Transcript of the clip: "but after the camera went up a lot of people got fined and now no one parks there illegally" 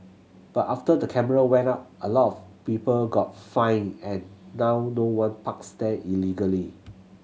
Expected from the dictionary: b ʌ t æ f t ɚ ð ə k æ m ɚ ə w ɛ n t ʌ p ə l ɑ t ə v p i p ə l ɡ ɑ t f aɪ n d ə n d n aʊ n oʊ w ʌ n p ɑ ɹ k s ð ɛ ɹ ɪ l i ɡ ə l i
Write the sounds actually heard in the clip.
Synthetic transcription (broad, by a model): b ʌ t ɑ f t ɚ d ə k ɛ m ɚ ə w ɛ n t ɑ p ə l ɑ t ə f p i p ə l ɡ ɑ t f aɪ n ə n n aʊ n oʊ w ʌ n p ɑ k s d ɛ ɪ l i ɡ ə l i